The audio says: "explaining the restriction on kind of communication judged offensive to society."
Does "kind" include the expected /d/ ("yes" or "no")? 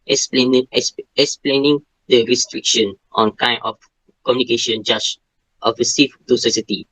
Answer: no